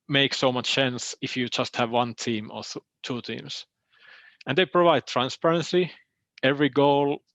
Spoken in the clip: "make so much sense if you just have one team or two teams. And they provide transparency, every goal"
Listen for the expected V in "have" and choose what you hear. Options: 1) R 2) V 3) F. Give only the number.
2